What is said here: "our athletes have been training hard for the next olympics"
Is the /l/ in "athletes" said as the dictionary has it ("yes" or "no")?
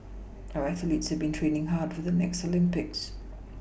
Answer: yes